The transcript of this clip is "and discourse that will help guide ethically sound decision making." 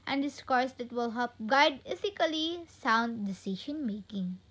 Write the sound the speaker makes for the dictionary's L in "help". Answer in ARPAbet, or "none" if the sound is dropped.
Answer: none